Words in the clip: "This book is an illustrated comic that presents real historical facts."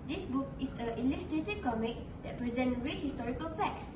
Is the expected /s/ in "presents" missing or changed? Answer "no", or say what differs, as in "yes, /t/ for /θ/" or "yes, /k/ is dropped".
yes, /s/ is dropped